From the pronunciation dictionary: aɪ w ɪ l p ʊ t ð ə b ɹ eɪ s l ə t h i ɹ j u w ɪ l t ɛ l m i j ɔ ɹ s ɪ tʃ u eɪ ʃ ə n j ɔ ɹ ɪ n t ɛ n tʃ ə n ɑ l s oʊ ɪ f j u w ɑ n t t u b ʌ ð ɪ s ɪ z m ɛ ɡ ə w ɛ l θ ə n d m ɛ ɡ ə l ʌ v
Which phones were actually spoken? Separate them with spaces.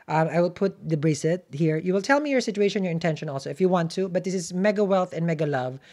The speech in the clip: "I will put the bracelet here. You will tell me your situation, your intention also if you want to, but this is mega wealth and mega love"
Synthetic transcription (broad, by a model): aɪ w ɪ l p ʊ t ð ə b ɹ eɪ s ə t h i ɹ j u w ɪ l t ɛ l m i j ɔ ɹ s ɪ tʃ u eɪ ʃ ə n j ɔ ɹ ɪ n t ɛ n ʃ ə n ɑ l s oʊ ɪ f j u w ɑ n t t u b ʌ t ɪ s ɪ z m ɛ ɡ ə w ɛ l θ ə n m ɛ ɡ ə l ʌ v